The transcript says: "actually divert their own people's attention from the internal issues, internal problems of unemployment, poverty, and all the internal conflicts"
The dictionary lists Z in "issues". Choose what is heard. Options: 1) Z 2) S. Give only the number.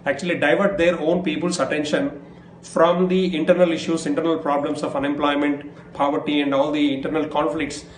2